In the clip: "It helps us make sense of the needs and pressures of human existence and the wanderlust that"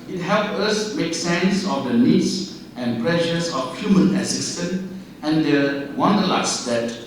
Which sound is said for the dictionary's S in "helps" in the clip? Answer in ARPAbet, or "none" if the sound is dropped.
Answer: none